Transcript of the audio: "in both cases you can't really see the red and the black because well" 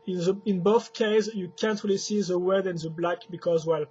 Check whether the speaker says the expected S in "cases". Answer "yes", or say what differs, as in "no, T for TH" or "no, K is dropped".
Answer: no, S is dropped